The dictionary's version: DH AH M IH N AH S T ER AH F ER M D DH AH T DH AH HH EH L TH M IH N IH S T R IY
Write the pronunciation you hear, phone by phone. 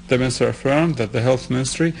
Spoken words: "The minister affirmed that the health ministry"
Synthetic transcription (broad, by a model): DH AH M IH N S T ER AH F ER M DH AH T DH AH HH EH L TH M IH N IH S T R IY